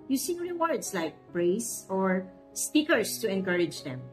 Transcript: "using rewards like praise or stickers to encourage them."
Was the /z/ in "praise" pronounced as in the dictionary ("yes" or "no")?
no